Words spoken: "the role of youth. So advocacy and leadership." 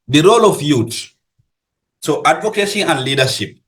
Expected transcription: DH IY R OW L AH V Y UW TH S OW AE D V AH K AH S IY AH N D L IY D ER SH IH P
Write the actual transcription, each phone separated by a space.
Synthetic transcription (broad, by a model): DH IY R OW L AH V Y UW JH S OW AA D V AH K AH SH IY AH N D L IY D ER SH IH P